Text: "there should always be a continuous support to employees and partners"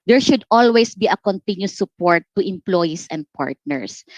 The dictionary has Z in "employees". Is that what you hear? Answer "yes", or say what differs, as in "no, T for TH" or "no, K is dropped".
no, S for Z